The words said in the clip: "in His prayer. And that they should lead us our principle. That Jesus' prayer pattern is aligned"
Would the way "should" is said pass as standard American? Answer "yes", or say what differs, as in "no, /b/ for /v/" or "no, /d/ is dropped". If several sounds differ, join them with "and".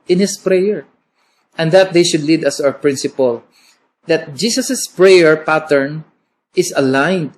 yes